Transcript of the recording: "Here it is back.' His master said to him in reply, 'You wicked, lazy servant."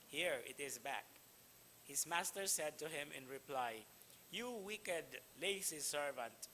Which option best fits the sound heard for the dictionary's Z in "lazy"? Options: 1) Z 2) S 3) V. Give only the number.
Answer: 2